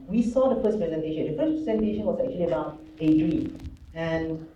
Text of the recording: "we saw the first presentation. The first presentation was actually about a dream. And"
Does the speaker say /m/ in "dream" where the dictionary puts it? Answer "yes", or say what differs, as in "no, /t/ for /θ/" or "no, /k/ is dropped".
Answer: no, /m/ is dropped